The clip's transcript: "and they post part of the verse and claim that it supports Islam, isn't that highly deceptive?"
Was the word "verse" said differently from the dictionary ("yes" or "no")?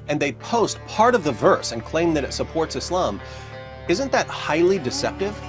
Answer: no